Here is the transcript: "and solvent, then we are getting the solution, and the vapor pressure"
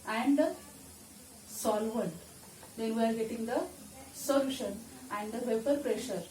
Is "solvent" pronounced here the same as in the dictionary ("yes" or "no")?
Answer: yes